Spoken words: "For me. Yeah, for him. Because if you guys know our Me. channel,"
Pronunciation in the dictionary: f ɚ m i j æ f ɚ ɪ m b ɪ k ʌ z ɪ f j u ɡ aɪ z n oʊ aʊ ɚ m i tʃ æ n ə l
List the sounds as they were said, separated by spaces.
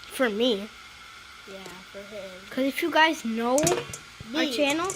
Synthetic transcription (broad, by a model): f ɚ m i j æ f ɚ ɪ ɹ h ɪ k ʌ z ɪ f j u ɡ aɪ z n oʊ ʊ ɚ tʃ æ n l